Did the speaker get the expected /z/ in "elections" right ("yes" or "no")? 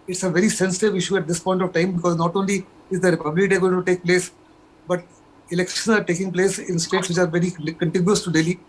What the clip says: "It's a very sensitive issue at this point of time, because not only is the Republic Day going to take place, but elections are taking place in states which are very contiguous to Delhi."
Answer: no